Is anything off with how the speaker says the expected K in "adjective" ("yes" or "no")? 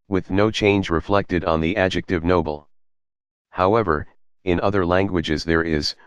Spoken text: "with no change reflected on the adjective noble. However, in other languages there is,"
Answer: no